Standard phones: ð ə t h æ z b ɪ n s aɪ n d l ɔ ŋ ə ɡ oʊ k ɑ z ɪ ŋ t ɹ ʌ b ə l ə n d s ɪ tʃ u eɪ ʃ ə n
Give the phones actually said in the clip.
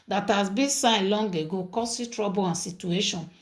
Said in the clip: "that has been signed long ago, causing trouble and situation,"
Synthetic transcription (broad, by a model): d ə t h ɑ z b ɪ n s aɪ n l ɔ ŋ ə ɡ oʊ k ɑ s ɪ t ɹ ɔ b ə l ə n s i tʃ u eɪ ʃ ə n